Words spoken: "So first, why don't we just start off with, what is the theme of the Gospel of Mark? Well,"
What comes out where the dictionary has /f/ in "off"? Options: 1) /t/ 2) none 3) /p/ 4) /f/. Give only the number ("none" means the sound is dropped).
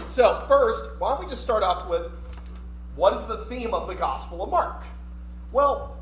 3